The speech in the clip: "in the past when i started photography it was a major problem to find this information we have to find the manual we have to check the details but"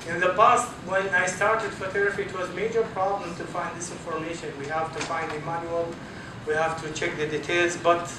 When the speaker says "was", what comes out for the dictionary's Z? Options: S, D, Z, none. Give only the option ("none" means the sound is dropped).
Z